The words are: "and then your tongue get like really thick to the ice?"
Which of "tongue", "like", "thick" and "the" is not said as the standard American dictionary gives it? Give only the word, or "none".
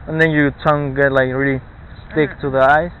thick